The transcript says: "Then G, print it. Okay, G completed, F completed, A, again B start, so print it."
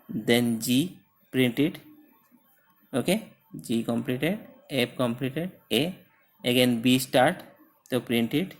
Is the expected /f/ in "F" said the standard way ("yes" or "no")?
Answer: no